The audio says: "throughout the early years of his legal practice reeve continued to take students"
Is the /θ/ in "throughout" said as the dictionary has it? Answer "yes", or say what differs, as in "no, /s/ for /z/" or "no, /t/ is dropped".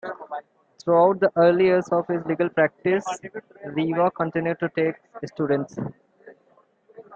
no, /t/ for /θ/